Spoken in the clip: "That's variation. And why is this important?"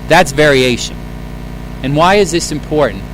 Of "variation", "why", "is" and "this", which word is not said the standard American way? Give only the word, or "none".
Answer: none